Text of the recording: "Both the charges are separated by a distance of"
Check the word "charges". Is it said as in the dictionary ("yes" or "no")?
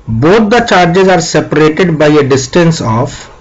yes